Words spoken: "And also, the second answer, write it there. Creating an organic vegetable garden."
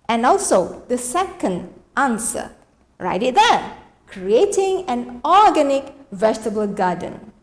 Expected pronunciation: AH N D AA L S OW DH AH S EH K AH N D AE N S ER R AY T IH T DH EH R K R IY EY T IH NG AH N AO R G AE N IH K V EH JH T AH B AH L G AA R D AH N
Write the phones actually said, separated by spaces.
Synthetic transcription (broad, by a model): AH N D AA L S OW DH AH S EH K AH N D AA N S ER R AY T IH T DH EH K R IY EY T IH NG AH N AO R G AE N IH K V EH JH T AH B AH L G AA D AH N